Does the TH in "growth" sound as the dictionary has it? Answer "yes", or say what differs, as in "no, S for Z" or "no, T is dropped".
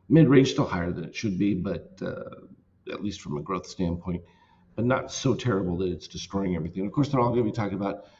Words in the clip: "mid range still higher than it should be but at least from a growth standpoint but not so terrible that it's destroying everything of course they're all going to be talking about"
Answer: yes